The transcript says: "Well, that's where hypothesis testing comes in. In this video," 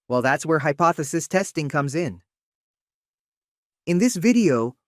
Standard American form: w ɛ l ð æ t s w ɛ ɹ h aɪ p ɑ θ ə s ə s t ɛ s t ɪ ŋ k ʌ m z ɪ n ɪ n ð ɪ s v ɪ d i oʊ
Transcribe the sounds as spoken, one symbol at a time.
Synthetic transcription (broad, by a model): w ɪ l ð æ t s w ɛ ɹ h aɪ p ɑ θ ə s ə s t ɛ s t ɪ ŋ k ʌ m z ɪ n ɪ n ð ɪ s v ɪ d i oʊ